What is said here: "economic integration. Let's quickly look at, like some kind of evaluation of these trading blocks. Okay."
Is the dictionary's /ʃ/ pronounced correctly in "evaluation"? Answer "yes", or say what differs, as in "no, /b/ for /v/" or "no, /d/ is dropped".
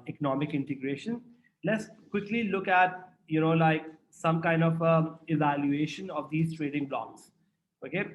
yes